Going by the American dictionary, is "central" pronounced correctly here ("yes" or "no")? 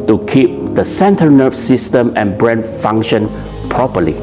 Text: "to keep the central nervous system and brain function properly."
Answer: no